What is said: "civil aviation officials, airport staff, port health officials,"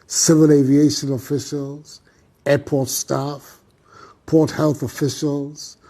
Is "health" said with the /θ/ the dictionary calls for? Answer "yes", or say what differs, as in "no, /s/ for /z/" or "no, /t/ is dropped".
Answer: yes